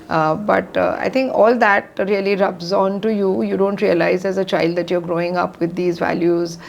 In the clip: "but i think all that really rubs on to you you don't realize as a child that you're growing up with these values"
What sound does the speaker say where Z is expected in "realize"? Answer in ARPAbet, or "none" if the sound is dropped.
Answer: Z